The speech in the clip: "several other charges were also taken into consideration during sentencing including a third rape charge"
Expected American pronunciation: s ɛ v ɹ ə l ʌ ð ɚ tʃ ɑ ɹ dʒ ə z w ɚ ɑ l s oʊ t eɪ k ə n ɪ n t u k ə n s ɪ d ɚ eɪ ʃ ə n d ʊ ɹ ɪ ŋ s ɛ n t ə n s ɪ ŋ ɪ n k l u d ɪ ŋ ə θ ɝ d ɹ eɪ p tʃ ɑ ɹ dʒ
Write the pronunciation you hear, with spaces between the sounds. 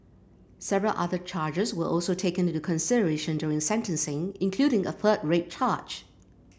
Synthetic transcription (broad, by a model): s ɛ v ɹ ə l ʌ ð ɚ tʃ ɑ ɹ dʒ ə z w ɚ ɑ l s oʊ t eɪ ə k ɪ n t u k ə n s ɪ d ɚ eɪ ʃ ə n d ʊ ɹ ɪ ŋ s ɛ n t ə n s ɪ ŋ ɪ n k l u d ɪ ŋ ə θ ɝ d ɹ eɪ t tʃ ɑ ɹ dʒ